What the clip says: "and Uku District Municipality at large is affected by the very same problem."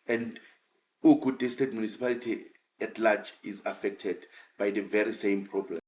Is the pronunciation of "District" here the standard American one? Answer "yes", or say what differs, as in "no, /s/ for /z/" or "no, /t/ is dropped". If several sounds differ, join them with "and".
no, /ɹ/ is dropped and /k/ is dropped